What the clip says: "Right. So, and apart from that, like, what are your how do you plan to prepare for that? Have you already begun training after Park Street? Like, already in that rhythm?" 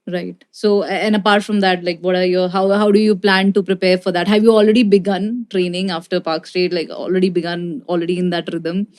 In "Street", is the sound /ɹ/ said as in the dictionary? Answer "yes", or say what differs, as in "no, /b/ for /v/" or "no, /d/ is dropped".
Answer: no, /ɹ/ is dropped